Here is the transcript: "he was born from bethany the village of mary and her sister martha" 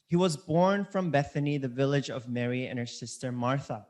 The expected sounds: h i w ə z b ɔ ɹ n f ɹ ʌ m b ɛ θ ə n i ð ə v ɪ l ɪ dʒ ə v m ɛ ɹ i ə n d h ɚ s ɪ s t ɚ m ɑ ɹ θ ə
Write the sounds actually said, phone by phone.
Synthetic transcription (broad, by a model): h i w ə z b ɔ ɹ n f ɹ ʌ m b ɛ θ ə n i ð ə v ɪ l ɪ dʒ ə v m ɛ ɹ i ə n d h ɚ s ɪ s t ɚ m ɑ ɹ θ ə